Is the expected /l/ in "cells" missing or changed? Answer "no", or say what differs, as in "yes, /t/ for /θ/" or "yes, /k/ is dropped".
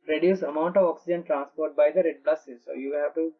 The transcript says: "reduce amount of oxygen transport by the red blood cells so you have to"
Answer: yes, /l/ is dropped